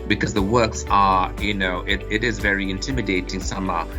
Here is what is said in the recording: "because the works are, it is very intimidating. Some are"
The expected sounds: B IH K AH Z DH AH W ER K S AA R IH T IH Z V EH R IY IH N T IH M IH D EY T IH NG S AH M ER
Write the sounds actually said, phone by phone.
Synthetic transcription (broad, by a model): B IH K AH Z DH AH W ER K S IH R IH T IH Z V EH R IY IH N T IH M IH D EY T IH NG S AH M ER